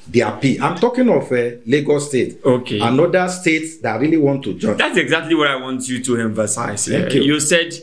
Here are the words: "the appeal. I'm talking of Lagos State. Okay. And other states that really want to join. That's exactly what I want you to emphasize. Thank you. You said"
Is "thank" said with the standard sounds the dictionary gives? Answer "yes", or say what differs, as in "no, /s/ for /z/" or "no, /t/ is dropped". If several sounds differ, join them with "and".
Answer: no, /ŋ/ is dropped